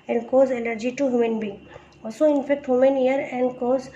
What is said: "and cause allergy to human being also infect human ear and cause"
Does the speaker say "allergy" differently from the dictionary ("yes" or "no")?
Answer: yes